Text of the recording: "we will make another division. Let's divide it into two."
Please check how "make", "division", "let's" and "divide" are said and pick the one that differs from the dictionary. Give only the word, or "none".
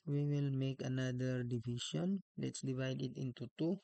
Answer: division